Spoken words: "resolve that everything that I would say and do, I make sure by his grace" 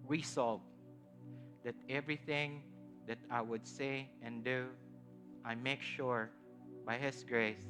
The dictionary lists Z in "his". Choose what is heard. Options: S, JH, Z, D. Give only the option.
S